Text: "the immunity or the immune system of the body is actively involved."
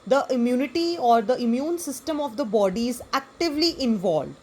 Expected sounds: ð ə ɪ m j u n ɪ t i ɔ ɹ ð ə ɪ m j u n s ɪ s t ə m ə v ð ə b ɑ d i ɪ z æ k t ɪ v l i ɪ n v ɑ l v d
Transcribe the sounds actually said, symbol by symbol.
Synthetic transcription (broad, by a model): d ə ɪ m j u n ɪ t i ɔ ɹ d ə ɪ m j u n s ɪ s t ə m ə v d ə b ɑ d i ɪ z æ k t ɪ v l i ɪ n v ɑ l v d